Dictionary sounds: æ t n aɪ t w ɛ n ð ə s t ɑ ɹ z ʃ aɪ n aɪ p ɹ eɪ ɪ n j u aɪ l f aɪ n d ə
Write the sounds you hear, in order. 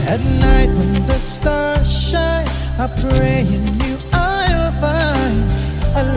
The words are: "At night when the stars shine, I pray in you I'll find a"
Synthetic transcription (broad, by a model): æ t n aɪ t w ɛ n ð ə s t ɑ ɹ ʃ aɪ aɪ p ɹ eɪ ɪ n j u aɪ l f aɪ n ə